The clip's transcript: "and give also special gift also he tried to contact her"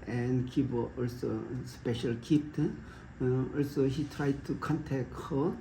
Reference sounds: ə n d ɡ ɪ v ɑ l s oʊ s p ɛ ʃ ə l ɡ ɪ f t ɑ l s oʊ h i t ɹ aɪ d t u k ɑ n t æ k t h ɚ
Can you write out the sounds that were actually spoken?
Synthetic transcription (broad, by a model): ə n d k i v ɑ l s oʊ s p ɛ ʃ ə l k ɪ p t ɑ l s oʊ h i t ɹ aɪ d t u k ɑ n t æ k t h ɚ